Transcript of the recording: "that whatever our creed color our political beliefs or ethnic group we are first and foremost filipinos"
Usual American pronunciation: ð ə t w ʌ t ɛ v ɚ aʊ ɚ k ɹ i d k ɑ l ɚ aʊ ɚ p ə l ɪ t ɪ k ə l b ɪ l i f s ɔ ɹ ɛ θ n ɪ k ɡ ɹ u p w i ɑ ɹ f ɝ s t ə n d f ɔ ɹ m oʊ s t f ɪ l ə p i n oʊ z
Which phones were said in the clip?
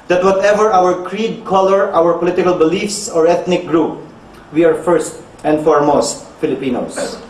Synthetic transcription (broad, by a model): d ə t w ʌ t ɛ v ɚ aʊ ɚ k ɹ i d k ɑ l ɚ aʊ ɚ p ə l ɪ t ɪ k ə l b ɪ l i f s ɔ ɹ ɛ t n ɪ k ɡ ɹ u p w i ɑ ɹ f ɝ s t ə n d f ɔ ɹ m oʊ s t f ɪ l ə p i n oʊ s